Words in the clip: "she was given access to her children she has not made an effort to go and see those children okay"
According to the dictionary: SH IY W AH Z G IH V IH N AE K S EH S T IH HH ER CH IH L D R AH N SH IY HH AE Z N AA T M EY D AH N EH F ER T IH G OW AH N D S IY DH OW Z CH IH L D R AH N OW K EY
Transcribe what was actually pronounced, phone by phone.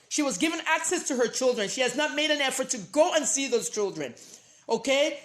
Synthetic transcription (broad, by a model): SH IY W AH Z G IH V IH N AE K S EH S T IH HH ER CH IH L D R AH N SH IY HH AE Z N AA T M EY D AH N EH F ER T IH G OW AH N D S IY DH OW Z CH IH L D R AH N OW K EY